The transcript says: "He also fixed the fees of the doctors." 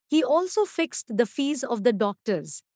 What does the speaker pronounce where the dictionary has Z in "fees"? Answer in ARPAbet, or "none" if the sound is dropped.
Z